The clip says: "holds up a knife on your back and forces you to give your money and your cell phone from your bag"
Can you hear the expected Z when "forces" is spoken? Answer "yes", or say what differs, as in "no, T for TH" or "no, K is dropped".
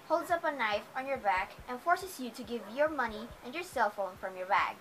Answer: no, S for Z